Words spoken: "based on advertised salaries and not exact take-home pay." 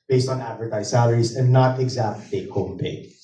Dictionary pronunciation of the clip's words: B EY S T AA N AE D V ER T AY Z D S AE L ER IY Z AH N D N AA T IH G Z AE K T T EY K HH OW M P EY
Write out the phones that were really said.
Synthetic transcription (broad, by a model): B EY S T N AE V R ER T AY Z S AE L ER IY Z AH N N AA T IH G Z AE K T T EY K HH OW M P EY